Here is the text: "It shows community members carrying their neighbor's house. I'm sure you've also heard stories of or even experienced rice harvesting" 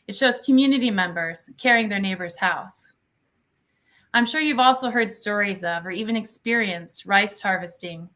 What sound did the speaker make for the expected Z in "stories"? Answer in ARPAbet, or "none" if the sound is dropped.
Z